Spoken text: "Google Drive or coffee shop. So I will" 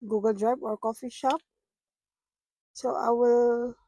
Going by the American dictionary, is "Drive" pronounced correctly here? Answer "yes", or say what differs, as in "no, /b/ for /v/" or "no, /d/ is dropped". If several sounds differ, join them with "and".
no, /b/ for /v/